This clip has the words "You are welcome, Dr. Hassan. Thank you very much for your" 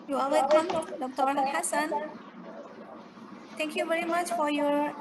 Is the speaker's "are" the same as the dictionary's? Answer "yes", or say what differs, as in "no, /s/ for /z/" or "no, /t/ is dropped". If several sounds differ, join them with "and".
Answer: no, /l/ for /ɹ/